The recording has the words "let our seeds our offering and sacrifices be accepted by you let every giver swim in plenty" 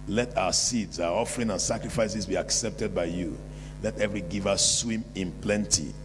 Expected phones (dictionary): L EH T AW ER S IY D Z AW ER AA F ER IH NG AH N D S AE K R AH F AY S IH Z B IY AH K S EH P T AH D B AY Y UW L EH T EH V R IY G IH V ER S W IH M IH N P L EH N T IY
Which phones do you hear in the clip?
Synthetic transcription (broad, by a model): L EH T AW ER S IY D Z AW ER AA F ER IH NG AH N S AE K R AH F AY S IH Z B IY AH K S EH P T AH D B AY Y UW L EH T EH V R IY G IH V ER S W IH M IH N P L EH N T IY